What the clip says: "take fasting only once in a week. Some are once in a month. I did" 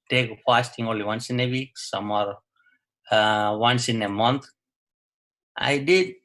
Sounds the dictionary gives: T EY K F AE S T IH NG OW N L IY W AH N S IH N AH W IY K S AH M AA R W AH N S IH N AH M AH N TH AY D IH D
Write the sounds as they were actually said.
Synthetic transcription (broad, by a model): T EY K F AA S T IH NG OW N L IY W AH N S IH N AH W IY K S AH M AA R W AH N S IH N AH M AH N T AY D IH D